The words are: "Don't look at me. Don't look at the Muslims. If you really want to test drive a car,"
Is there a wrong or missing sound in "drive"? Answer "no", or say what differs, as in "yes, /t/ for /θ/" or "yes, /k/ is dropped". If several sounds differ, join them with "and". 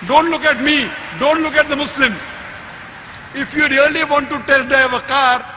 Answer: yes, /ɹ/ is dropped